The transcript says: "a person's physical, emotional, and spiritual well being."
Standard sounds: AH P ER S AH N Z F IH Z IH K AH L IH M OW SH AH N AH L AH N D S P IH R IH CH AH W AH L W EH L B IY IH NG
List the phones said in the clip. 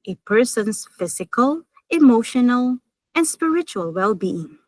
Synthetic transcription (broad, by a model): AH P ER S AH N S F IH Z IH K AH L IH M OW SH AH N AH L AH N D S P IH R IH CH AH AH L W EH L B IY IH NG